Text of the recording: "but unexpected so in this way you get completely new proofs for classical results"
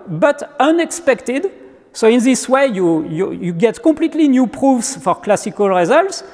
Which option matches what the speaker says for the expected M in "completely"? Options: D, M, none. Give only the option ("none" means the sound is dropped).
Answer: M